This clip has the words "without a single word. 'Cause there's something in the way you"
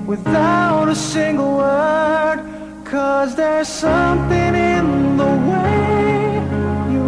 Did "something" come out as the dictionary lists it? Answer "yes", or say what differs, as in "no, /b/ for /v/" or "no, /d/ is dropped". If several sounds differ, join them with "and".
yes